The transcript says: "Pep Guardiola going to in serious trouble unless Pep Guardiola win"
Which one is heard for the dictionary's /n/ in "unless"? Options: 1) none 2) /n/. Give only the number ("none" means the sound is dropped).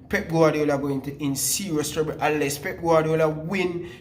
1